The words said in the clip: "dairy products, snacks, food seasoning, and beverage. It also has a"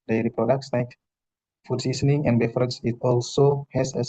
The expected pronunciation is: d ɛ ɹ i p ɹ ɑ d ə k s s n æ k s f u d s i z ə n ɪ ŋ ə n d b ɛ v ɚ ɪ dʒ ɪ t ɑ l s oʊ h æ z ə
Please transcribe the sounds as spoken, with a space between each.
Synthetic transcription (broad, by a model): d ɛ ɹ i p ɹ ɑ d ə k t s l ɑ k f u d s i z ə n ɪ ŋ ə n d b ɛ f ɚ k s ɪ t ɑ l s oʊ h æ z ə